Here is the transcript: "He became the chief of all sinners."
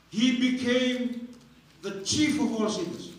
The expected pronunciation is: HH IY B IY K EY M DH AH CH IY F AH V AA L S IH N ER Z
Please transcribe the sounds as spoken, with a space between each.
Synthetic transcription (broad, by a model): HH IY B IY K EY M DH AH CH IY F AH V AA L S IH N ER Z